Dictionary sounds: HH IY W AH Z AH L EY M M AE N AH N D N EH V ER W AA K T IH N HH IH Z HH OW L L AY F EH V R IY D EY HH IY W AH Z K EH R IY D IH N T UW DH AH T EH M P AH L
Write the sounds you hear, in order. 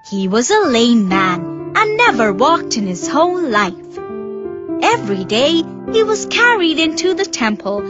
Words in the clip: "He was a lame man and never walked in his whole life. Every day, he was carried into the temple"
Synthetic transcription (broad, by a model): HH IY W AH Z AH L EY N M AE N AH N N EH V ER W AA K T IH N IH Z HH OW N L AY F EH V R IY D EY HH IY W AH Z K EH R IY D IH N T UW DH AH T EH M P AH L